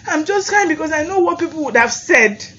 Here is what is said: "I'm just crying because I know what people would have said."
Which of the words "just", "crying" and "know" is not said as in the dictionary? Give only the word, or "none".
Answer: crying